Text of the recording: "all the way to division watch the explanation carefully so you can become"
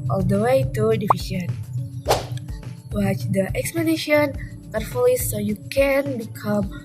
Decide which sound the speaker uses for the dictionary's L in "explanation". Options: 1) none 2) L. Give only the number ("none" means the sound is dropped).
1